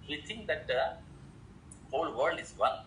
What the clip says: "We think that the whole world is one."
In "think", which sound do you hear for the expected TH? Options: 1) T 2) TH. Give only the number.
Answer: 1